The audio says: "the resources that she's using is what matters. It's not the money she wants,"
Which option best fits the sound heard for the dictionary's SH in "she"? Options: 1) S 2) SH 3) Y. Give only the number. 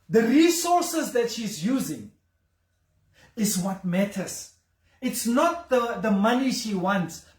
2